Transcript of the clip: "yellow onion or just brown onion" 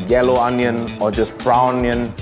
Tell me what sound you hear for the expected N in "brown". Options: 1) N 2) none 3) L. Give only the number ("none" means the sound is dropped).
2